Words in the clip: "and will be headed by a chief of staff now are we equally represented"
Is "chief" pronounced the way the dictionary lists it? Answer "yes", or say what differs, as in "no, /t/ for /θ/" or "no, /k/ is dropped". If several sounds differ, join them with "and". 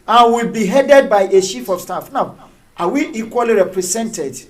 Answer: no, /ʃ/ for /tʃ/